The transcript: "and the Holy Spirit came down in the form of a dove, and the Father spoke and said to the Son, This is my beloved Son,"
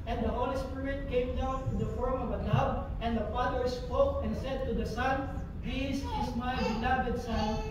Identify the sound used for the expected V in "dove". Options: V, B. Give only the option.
B